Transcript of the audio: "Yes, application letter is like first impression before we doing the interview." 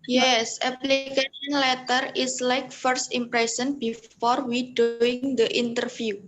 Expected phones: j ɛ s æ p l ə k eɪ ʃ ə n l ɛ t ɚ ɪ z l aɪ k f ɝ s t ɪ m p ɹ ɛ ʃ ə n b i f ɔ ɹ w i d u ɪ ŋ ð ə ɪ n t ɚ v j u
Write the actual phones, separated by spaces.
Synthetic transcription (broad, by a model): j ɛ s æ p l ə k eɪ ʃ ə n l ɛ t ɚ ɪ s l aɪ k f ɝ s t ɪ m p ɹ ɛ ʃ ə n b i f ɔ ɹ w i d u ɪ ŋ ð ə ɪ n t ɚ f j u